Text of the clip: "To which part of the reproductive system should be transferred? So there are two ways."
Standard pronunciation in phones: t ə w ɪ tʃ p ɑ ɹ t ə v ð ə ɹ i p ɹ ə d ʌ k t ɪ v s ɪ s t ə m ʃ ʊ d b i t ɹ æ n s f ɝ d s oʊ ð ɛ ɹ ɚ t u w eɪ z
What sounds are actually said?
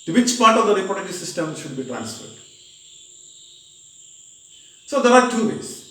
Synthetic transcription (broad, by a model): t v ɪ tʃ p ɑ ɹ t ə v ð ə ɹ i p ə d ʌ t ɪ s ɪ s t ə m ʃ ʊ d b i t ɹ æ n s f ɝ d s oʊ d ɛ ɹ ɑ t u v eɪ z